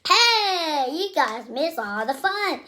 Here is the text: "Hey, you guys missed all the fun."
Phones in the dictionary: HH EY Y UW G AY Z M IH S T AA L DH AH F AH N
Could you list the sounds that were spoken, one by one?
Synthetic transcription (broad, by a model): HH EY Y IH G AY Z M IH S AA L DH AH F AH N